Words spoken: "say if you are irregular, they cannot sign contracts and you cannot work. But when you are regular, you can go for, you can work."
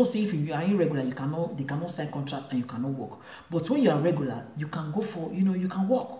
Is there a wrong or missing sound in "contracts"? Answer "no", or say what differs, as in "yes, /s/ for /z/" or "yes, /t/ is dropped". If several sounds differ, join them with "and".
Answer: yes, /s/ is dropped